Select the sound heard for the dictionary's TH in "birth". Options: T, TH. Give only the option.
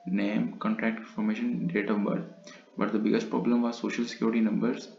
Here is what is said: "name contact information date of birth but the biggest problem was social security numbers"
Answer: T